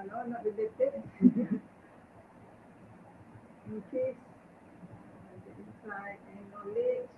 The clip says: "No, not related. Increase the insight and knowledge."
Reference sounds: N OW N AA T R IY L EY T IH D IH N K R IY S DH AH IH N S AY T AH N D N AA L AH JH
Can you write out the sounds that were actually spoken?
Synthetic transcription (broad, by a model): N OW N AA T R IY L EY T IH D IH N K IY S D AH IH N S AY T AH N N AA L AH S